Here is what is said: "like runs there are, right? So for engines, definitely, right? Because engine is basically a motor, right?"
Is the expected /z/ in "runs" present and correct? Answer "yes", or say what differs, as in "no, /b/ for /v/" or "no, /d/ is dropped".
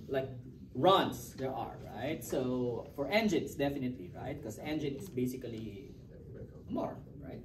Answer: no, /s/ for /z/